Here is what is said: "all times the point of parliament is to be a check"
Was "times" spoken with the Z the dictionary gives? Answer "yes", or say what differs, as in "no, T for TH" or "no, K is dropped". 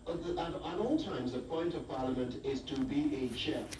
yes